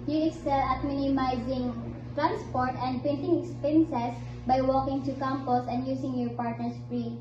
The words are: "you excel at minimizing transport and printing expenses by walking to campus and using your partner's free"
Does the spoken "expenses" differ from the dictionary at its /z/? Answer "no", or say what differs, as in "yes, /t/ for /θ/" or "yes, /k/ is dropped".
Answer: yes, /s/ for /z/